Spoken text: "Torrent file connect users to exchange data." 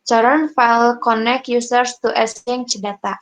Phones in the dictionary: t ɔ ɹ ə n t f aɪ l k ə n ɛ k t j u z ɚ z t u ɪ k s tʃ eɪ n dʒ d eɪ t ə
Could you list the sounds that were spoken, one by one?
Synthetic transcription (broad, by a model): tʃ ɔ ɹ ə n f aɪ l k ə n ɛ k j u s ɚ s t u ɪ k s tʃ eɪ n tʃ d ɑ t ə